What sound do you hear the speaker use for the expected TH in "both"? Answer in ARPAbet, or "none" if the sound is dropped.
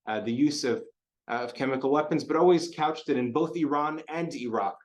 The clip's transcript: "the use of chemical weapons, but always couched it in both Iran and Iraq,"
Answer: TH